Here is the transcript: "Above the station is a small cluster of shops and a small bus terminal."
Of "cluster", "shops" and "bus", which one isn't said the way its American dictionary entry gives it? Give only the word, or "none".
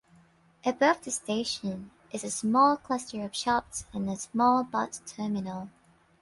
bus